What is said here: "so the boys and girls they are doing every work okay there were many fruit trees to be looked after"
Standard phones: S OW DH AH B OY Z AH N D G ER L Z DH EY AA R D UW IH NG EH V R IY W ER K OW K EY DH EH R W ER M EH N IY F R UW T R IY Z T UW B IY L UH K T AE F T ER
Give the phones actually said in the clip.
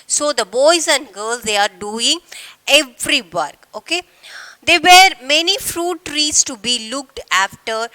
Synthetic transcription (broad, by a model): S OW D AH B OY Z AH N D G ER L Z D EY AA R D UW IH NG EH V R IY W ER K OW K EY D EH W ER M EH N IY F R UW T R IY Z T UW B IY L UH K T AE F T ER